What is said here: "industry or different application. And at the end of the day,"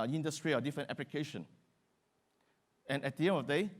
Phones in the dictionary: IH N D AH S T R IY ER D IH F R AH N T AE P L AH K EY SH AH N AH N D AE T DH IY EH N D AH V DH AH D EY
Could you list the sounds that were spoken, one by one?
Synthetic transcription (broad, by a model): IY N D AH S T R IY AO D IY F R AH N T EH P L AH K EY SH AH N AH N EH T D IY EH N AH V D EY